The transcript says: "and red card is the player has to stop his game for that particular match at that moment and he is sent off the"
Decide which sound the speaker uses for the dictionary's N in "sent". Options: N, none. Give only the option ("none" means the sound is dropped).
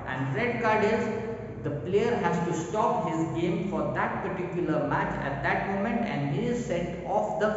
none